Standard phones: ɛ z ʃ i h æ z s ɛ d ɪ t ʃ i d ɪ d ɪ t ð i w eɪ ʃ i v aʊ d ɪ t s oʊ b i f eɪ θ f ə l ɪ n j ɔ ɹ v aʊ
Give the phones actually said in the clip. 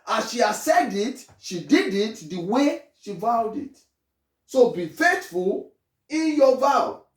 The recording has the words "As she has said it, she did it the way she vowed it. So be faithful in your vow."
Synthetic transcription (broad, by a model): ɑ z ʃ i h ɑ s ɛ d ɪ t ʃ i d ɪ d ɪ t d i w eɪ ʃ i v aʊ d ɪ t s oʊ b i f eɪ t f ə l ɪ n j ɔ v aʊ